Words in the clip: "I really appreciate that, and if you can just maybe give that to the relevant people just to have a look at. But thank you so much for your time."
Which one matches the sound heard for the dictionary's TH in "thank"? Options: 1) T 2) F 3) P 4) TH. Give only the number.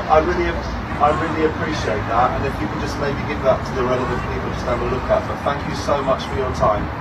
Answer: 4